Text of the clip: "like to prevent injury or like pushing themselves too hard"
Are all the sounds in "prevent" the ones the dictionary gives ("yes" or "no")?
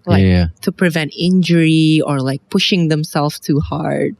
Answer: yes